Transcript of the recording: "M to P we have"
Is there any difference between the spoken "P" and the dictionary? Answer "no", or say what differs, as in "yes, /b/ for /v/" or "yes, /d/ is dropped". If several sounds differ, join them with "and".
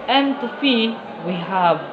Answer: yes, /f/ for /p/